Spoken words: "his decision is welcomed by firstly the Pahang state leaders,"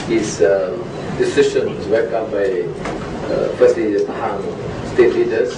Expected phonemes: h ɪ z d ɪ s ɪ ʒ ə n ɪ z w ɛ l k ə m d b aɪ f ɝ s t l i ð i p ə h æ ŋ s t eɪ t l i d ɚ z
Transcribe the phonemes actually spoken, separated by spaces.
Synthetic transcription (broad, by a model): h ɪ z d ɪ s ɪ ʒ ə n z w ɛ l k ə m b aɪ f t i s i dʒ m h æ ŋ s t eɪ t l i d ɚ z